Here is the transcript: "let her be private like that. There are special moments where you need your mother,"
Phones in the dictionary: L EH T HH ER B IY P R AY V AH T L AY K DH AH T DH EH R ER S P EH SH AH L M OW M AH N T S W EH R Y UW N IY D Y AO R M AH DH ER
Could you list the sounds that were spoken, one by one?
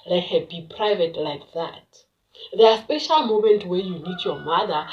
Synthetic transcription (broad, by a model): L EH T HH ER B IY P R AY V AH T L AY K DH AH T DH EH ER S P EH SH AH L M OW M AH N T W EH Y UW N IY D Y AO M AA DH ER